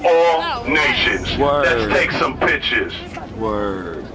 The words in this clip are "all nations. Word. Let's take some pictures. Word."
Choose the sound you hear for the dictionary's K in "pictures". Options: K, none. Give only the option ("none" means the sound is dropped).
none